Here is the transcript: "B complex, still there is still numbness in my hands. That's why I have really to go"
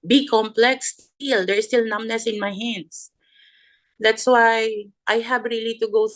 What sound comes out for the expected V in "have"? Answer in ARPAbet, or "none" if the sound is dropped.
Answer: B